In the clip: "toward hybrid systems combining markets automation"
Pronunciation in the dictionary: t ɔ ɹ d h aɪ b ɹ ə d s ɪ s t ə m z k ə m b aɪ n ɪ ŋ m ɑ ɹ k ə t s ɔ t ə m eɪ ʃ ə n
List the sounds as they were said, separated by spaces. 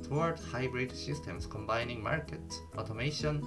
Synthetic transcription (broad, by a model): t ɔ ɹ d h aɪ b ɹ ə d s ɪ s t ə m s k ə m b aɪ n ɪ ŋ m ɑ ɹ k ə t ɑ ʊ t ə m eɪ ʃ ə n